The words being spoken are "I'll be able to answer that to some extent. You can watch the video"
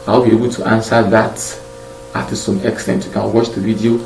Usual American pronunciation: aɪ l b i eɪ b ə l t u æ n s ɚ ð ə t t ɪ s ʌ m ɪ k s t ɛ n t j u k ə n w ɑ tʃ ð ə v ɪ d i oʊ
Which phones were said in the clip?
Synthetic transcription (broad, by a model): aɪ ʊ b i eɪ b ə l t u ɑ n s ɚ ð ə t t ɪ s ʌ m ɪ k s t ɛ n t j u k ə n w ɑ tʃ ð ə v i d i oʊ